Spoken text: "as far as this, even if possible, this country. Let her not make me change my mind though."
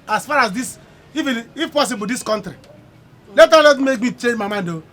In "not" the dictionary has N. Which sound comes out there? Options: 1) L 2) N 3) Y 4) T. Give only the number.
1